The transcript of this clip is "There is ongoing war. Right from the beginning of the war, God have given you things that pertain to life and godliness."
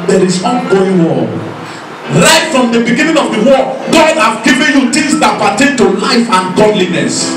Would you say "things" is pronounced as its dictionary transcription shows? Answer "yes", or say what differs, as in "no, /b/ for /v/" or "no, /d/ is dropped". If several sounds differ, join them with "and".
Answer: no, /t/ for /θ/